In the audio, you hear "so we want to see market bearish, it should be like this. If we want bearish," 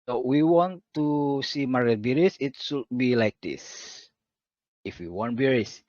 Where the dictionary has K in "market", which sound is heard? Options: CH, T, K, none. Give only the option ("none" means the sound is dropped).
none